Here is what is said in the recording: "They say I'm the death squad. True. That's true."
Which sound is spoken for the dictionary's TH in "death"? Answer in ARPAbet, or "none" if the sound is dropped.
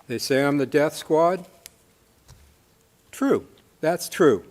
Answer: TH